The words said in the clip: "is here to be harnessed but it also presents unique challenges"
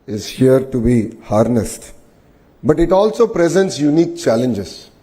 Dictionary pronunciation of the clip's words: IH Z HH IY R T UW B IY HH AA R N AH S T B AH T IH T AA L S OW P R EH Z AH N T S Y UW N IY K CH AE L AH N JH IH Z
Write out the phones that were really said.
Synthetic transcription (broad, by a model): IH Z HH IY R T UW B IY HH AA R N AH S T B AH T IH T AA L S OW P R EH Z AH N T S Y UW N IY K CH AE L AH N JH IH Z